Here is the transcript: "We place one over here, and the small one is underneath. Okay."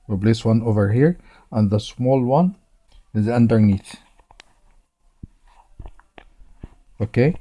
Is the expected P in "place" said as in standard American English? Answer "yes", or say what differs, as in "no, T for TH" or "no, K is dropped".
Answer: no, B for P